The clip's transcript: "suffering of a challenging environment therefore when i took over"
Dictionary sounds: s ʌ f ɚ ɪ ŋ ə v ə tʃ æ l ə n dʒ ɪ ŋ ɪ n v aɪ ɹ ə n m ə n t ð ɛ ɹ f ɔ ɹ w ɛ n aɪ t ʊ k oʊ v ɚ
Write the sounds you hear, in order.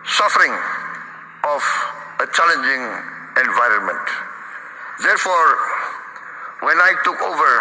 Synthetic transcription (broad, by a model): s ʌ f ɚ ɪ ŋ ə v ə tʃ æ l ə n dʒ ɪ ŋ ɪ n v aɪ ɹ ə n m ə n t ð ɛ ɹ f ɔ ɹ w ɛ n aɪ t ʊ k oʊ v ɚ